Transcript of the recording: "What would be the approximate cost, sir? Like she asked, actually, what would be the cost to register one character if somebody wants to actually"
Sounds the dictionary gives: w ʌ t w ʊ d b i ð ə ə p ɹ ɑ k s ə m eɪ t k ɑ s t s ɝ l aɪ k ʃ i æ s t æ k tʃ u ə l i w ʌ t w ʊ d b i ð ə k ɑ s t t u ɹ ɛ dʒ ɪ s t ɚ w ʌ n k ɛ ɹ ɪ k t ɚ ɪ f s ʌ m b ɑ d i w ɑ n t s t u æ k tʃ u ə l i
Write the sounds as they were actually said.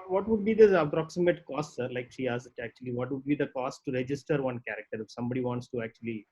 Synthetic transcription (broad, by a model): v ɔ t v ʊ d b i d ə ə p ɹ ɑ k s ə m eɪ t k ɑ s t s ɝ l aɪ k ʃ i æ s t æ k tʃ u ə l i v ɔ t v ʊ d b i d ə k ɑ s t t u ɹ ɛ dʒ ɪ s t ɚ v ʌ n k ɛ ɹ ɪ k t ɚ ɪ f s ʌ m b ɑ d i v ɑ n t s t u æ k tʃ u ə l i